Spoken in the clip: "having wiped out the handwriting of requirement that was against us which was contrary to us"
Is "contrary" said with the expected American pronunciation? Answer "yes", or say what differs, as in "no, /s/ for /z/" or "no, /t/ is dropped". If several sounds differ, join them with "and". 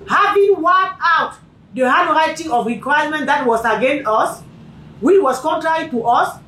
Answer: yes